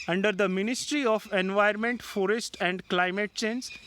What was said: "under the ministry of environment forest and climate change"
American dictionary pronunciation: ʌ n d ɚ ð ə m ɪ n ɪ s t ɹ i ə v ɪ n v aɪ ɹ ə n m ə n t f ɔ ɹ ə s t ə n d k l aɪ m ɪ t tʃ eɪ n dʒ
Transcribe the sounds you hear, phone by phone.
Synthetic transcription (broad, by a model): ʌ n d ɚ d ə m ɪ n ɪ s t ɹ i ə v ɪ n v aɪ ə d m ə n t f ɔ ɹ ə s t ə n d k l aɪ m ɪ t tʃ eɪ n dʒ